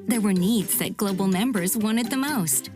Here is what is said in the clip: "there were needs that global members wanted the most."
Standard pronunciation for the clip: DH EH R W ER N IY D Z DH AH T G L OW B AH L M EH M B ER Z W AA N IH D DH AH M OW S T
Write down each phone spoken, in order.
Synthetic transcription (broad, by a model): DH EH R W ER N IY D Z DH AH T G L OW B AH L M EH M B ER Z W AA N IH D DH AH M OW S T